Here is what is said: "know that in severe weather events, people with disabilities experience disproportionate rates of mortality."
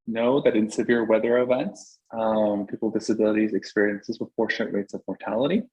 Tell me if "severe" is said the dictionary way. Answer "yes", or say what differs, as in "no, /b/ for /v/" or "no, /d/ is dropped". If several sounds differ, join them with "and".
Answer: yes